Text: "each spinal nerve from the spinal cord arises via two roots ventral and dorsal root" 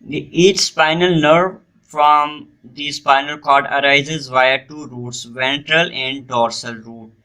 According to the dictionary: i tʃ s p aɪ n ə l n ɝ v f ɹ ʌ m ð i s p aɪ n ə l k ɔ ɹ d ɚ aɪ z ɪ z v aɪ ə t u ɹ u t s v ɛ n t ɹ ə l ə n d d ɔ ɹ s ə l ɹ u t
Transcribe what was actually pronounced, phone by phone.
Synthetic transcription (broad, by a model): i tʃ s p aɪ n ə l n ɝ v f ɹ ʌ m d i s p aɪ n ə l k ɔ ɹ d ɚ aɪ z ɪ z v aɪ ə t u ɹ u t s v ɛ n t ɹ ə l ə n d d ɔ ɹ s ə l ɹ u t